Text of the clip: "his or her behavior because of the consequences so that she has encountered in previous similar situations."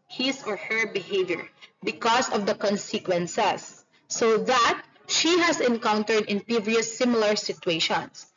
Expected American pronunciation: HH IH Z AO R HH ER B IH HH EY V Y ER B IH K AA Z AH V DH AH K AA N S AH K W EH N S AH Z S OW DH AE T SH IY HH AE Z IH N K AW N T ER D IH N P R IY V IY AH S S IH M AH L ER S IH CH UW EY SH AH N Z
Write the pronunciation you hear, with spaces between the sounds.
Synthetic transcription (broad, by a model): HH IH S AO R HH ER B IH HH EY V Y ER B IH K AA S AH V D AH K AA N S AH K W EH N S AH S OW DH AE T SH IY HH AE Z IH N K AW N T ER D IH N P IY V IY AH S S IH M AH L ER S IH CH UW EY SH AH N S